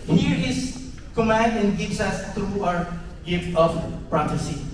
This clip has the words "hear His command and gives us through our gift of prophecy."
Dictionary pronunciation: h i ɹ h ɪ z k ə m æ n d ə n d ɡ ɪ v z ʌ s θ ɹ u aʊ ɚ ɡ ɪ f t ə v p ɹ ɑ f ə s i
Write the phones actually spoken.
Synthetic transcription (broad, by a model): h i ɹ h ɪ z k ə m æ n d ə n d ɡ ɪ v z ʌ s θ ɹ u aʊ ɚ ɡ ɪ f t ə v p ɹ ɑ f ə s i